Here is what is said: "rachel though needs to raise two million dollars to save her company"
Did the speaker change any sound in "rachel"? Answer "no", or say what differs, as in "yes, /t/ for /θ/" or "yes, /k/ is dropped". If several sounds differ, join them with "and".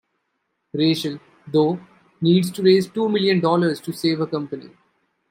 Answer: yes, /ʃ/ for /tʃ/